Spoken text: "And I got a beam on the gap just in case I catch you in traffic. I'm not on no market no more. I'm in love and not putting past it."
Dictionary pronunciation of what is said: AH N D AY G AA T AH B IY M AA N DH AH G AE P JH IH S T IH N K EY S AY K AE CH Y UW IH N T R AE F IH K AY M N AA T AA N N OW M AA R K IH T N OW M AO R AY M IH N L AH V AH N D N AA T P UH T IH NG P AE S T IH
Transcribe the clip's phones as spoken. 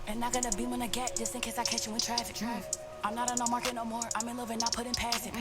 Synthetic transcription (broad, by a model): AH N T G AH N AH B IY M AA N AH G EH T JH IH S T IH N K EY S AY K AE CH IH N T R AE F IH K AY M N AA T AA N N OW M AA R K IH T N OW M AO R AY M IH N L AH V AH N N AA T P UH T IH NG P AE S IH